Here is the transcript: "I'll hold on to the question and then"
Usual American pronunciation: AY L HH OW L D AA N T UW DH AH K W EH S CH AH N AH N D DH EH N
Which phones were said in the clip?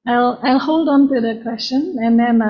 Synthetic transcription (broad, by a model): AY L HH OW L D AA N T UW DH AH K W EH S CH AH N AH N D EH N